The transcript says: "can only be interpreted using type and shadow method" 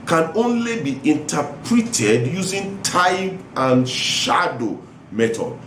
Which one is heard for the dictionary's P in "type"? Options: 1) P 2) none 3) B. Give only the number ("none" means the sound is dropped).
3